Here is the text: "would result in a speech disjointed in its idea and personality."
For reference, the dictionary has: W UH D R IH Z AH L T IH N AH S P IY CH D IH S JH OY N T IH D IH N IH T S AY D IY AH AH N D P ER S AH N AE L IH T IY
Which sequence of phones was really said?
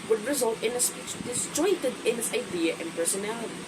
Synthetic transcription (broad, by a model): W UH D R IH Z AH L T IH N AH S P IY S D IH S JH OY T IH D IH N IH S AY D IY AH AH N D P ER S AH N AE L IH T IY